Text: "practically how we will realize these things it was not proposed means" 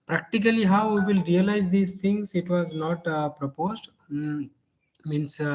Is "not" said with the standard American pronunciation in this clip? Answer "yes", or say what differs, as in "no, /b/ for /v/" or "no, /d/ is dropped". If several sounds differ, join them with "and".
yes